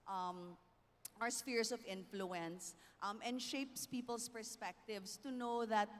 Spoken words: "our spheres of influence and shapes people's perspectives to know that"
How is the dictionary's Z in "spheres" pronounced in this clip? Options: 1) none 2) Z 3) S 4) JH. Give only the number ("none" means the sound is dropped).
3